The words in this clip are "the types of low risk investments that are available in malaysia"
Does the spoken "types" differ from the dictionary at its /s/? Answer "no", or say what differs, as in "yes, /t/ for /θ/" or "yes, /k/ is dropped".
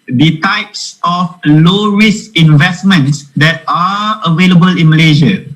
no